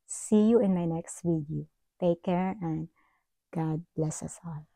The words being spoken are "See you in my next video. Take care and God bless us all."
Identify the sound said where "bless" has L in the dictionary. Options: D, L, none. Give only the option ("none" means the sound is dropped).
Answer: L